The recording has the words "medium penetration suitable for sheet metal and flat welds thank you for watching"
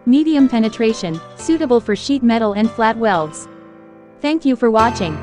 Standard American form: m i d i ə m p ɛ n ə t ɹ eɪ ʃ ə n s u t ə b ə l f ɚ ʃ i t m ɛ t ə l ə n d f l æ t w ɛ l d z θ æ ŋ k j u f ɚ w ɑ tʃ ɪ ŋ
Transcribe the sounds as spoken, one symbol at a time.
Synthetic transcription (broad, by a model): m i d i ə m p ɛ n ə t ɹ eɪ ʃ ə n s u t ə b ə l f ɚ ʃ i t m ɛ t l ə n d f l æ t w ɛ l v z θ æ ŋ k j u f ɚ w ɑ tʃ ɪ ŋ